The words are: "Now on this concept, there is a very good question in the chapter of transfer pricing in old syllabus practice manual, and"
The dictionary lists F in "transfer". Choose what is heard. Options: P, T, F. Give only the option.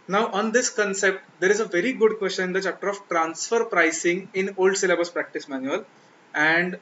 F